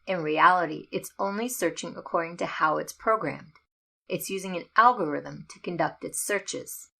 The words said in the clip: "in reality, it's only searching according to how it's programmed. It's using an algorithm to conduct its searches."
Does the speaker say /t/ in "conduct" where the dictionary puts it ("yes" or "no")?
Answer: yes